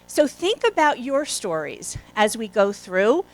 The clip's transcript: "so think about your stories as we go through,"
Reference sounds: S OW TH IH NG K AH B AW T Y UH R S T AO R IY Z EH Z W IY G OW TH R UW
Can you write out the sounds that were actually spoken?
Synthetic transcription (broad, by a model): S OW TH IH NG K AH B AW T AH R S T AO R IY Z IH Z W IY G OW TH R UW